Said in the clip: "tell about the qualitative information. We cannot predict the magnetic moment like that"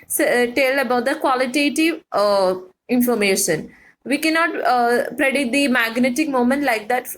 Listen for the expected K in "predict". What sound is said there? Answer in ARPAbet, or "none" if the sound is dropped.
none